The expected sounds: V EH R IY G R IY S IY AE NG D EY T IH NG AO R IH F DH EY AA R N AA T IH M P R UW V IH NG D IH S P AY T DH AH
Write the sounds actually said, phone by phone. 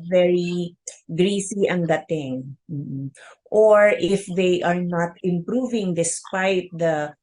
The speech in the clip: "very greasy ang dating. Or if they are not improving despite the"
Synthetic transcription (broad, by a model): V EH R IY G R IY S IY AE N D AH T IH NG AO R IH F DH EY AA R N AA T IH M P R UW V IH NG D IH S P AY T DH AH